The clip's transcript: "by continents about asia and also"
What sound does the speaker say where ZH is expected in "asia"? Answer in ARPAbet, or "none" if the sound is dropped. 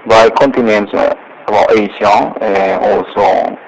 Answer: S